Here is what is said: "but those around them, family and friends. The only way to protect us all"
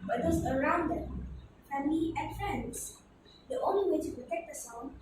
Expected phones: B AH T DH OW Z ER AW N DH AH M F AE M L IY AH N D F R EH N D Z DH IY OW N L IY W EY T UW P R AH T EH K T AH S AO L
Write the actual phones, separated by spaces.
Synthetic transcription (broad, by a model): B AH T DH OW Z ER AW N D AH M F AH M IY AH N F R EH N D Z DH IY OW N L IY W EY T UW P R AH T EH K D AH S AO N